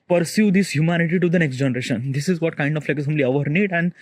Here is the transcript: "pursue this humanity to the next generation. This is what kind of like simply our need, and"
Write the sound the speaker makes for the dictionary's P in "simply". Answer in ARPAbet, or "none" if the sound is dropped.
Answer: none